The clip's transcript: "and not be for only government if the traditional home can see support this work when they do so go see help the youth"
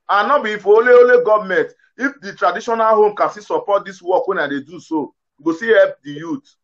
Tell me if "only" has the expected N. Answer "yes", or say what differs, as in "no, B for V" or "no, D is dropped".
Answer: no, L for N